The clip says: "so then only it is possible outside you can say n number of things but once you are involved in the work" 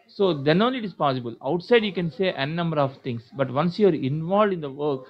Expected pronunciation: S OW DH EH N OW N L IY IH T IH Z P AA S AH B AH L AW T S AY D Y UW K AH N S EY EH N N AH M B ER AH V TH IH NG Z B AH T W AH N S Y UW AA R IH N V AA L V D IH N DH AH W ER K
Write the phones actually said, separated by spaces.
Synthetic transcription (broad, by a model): S OW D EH N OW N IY IH T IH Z P AA S AH B AH L AW T S AY D Y UW K AH N S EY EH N N AH M B ER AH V T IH NG S B AH T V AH N S Y UW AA R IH N V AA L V D IH N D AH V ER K